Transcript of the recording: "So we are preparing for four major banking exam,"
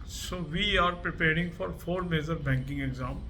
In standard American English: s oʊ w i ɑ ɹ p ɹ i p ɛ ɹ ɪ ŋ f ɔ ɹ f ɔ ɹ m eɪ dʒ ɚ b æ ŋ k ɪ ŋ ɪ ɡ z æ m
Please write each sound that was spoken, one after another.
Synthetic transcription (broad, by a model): s oʊ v i ɑ ɹ p ɹ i p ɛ ɹ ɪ ŋ f ɔ ɹ f ɔ ɹ m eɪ z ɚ b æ ŋ k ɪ ŋ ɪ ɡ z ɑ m